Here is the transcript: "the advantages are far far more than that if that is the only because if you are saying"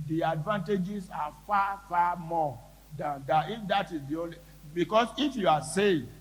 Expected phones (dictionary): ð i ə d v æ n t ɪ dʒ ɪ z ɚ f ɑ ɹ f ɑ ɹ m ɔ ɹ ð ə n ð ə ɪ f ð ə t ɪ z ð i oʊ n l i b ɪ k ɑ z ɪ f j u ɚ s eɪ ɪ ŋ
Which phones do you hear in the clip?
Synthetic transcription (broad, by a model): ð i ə d v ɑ n t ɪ dʒ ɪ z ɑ f ɑ f ɑ m ɔ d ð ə n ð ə ɪ f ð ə t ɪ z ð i oʊ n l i b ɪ k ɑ s ɪ f j u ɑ s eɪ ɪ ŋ